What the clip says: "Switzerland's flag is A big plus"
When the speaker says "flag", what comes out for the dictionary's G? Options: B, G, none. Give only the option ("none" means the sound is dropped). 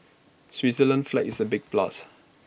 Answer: none